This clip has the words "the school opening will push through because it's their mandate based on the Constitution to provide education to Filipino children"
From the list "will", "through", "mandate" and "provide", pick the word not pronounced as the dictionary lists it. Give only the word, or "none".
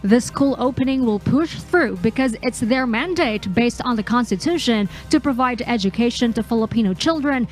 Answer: none